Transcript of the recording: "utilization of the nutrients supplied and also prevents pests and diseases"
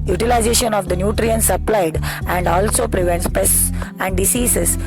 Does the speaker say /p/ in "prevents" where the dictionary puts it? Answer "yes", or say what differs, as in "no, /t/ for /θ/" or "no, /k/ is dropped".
yes